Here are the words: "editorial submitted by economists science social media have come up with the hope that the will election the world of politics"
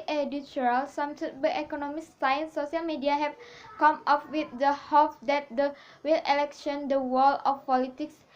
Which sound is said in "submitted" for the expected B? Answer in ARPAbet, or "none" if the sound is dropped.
none